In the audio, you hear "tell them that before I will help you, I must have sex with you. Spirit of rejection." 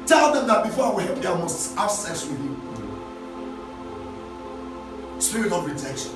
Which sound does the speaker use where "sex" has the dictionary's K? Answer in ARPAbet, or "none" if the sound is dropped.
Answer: none